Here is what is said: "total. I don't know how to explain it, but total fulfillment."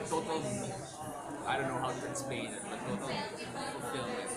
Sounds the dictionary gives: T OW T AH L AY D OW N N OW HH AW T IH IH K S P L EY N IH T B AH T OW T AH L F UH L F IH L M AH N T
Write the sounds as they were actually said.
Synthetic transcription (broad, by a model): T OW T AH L AY D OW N N OW HH AW T IH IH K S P EY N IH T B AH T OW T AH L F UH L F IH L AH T